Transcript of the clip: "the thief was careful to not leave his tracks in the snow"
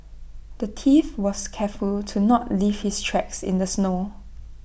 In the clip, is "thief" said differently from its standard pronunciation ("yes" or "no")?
yes